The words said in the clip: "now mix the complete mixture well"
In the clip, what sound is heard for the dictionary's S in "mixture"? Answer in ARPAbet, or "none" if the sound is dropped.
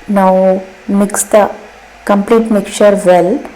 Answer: none